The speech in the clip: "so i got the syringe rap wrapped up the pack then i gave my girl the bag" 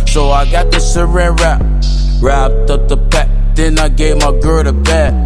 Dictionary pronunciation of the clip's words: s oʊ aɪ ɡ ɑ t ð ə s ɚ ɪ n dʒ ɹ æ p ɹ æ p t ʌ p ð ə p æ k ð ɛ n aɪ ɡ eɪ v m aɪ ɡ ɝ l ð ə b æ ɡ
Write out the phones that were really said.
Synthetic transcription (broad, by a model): s oʊ aɪ ɡ ɑ t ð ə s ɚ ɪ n ɹ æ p ɹ æ p t ʌ p ð ə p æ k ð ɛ n aɪ ɡ eɪ v m aɪ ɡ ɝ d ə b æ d